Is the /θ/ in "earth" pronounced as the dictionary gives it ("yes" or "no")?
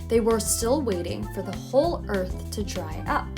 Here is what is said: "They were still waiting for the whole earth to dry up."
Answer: yes